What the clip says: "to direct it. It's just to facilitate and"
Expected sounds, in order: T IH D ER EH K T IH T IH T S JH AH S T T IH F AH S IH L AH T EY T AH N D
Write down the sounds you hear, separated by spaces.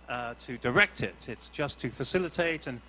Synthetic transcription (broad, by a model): T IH D ER EH K T IH T IH T S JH AH S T T IH F AH S IH L AH T EY T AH N